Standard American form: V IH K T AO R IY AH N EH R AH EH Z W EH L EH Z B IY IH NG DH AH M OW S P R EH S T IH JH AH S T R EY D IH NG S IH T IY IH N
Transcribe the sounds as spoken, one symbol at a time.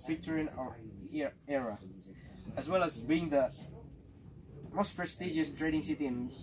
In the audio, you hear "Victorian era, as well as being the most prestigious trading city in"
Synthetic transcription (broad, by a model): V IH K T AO R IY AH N EH R AH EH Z W EH L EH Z B IY IH NG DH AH M OW S P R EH S T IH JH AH S T R EY D IH NG S IH T IY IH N